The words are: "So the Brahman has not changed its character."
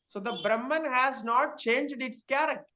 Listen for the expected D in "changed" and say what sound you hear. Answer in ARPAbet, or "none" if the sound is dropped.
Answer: D